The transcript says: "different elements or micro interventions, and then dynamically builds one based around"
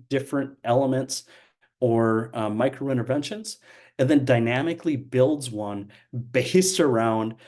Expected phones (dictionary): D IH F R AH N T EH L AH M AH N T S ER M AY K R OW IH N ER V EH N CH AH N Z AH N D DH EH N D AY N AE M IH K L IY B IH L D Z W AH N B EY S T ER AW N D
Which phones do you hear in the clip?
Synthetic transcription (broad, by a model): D IH F R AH N T EH L AH M AH N T S ER M AY K R OW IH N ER V EH N SH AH N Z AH N DH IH N D AY N AE M IH K L IY B IH L D Z W AH N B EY S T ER AW N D